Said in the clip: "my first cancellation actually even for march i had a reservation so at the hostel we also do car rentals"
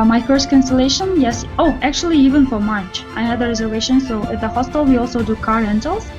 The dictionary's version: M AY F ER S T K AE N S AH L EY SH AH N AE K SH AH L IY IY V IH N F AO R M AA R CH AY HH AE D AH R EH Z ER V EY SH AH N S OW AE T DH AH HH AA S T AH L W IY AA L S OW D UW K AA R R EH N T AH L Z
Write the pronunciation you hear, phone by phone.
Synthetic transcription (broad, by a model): M AY F ER S T K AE N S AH L EY SH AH N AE K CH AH L IY IY V IH N F AO R M AA R CH AY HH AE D AH R EH Z ER V EY SH AH N S OW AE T DH AH HH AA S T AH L W IY AA L S OW D UW K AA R R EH N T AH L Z